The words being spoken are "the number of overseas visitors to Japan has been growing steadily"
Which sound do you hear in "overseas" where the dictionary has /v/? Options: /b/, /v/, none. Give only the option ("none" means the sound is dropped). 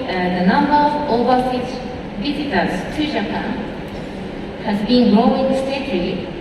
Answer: /b/